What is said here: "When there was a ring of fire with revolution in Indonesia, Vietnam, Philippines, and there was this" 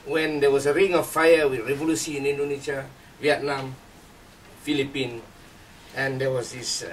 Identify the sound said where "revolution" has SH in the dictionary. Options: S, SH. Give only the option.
S